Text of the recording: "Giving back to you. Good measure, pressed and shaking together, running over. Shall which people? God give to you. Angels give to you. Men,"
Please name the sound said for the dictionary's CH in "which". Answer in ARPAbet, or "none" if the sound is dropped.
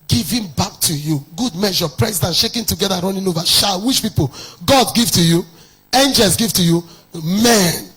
SH